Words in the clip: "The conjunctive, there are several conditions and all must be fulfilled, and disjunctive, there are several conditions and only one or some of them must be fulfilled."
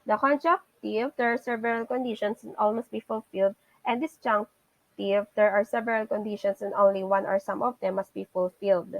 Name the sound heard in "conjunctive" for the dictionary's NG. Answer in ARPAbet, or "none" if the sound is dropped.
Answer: none